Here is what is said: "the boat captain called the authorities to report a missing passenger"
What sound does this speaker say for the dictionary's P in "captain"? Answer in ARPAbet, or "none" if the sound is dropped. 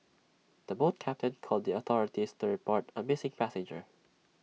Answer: P